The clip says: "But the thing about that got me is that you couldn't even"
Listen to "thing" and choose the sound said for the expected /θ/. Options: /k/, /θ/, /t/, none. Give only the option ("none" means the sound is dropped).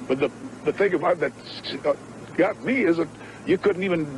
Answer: /θ/